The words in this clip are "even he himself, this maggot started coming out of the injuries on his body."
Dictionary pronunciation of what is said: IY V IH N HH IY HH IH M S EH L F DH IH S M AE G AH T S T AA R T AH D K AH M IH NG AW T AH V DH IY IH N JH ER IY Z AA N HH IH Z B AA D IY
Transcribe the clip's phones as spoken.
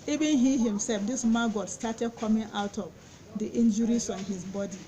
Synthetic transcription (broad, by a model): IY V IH N HH IY HH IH M S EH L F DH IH S M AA G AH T S T AA T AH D K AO M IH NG AW T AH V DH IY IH N JH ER IY S AA N HH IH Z B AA D IY